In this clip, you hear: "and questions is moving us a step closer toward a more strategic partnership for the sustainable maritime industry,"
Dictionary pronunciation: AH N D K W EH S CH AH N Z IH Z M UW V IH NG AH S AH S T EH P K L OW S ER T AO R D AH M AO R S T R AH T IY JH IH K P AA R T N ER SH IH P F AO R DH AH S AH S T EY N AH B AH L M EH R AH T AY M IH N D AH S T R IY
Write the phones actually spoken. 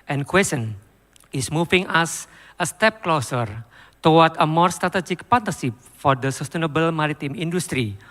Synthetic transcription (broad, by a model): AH N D K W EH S AH N IH S M UW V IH NG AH S AH S T EH P K L OW S ER T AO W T AH M AO R S T R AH T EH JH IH K P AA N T ER S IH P F AO R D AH S AH S T EY N AH B AH L M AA R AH T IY M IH N D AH S T R IY